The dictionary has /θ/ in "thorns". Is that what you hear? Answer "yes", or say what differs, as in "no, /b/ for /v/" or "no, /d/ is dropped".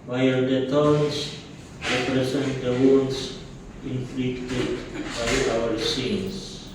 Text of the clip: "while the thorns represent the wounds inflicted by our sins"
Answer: no, /t/ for /θ/